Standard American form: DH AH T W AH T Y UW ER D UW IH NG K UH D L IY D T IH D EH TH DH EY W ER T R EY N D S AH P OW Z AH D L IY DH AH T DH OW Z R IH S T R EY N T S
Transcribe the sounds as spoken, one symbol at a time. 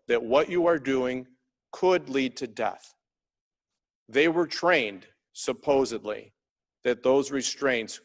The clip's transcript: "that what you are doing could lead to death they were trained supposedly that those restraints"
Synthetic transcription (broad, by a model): DH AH T W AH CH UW ER D UW IH NG K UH D L IY D T IH D EH TH DH EY W ER T R EY N D S AH P OW Z AH D L IY DH AH T DH OW Z R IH S T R EY N T S